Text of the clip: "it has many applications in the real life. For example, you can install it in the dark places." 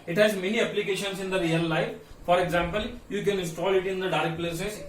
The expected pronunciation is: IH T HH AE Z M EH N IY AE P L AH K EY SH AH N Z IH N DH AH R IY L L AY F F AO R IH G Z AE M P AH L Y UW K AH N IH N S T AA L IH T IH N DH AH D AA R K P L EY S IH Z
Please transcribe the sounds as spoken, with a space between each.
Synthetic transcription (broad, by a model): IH T HH AE Z M EH N IY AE P L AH K EY SH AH N S IH N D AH R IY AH L AY F F AO R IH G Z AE M P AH L Y UW K AH N IH N S T AA L IH T IH N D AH D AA R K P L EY S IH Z